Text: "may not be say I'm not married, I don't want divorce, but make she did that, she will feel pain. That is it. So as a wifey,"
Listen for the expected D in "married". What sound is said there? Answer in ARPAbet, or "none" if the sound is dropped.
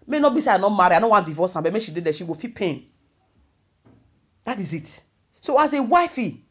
none